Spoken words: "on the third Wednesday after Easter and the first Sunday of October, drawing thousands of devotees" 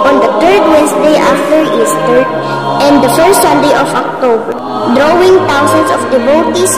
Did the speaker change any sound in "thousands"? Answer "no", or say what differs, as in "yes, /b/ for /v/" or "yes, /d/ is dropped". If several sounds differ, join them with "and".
yes, /t/ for /θ/ and /s/ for /z/